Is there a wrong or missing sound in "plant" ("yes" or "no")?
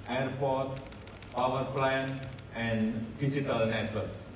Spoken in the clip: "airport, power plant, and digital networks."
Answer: yes